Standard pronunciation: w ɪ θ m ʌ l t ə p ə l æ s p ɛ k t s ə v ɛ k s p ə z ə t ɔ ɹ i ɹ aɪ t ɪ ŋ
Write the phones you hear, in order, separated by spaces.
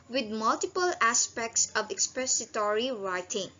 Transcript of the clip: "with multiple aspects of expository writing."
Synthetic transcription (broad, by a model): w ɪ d m ʌ l t ə p ə l æ s p ɛ k t s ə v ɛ k s p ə s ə t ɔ ɹ i ɹ aɪ t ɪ ŋ